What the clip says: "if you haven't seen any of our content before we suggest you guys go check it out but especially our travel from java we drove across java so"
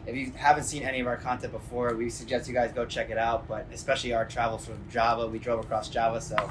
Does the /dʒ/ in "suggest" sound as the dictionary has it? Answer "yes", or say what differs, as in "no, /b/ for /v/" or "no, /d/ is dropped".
yes